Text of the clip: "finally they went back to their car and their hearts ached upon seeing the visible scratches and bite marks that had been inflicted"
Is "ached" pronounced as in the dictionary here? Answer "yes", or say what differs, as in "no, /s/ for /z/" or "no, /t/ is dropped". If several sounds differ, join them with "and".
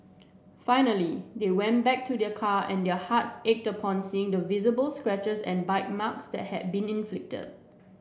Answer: yes